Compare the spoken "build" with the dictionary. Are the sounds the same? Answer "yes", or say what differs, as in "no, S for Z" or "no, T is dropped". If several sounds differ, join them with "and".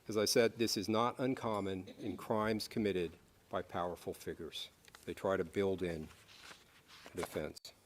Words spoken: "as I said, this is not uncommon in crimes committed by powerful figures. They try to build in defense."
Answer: yes